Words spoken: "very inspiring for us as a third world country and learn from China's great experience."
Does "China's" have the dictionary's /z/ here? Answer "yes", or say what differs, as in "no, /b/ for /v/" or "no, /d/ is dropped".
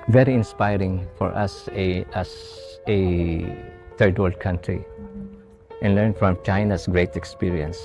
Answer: no, /s/ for /z/